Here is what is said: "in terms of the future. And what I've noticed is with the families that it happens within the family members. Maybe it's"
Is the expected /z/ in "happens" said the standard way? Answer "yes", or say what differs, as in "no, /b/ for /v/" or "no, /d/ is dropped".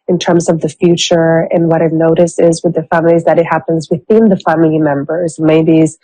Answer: yes